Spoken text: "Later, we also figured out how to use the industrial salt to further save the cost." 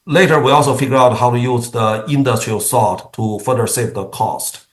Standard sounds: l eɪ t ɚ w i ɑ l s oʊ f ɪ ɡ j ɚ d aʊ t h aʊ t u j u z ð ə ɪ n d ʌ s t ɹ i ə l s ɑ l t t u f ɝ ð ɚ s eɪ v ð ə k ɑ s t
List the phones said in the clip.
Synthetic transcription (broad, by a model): l eɪ t ɚ w i ɑ l s oʊ f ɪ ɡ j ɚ aʊ t h aʊ t u j u z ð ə ɪ n d ʌ s t ɹ i ə l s ɑ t t u f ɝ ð ɚ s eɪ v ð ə k ɑ s t